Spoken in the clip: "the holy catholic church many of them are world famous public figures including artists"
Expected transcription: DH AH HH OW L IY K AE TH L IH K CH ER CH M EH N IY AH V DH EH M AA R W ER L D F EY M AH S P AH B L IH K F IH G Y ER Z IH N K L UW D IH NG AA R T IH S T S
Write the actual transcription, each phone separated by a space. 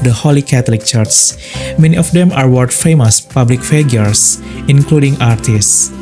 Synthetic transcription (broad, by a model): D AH HH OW L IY K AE T L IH K CH ER CH M EH N IY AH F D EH M AA R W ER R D F EY M AH S P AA B L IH K F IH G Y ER S IH N K L UW D IH NG AA R T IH S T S